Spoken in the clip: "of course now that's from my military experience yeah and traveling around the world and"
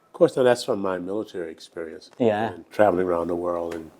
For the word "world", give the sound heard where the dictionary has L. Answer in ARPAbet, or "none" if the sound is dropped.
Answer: L